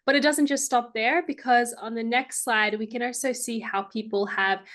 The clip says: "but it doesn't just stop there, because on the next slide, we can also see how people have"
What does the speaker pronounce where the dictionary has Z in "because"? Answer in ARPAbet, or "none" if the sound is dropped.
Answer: Z